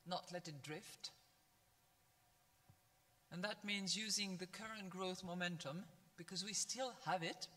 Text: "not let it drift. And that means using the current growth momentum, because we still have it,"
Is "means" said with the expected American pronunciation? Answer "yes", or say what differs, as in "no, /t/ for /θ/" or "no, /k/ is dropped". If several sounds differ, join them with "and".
yes